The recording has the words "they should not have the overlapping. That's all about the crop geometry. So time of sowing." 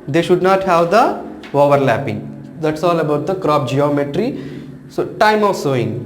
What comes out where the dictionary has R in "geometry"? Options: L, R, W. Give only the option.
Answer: R